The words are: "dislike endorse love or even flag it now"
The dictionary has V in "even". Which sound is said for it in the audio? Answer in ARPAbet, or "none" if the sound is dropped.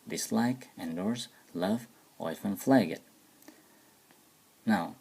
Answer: F